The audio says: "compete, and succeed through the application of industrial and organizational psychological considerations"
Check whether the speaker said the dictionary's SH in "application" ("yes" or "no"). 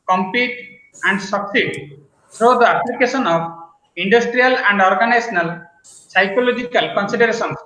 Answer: no